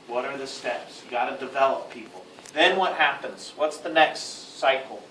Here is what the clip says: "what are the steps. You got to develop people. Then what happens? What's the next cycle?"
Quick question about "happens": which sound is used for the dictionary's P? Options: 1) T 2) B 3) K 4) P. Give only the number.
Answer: 4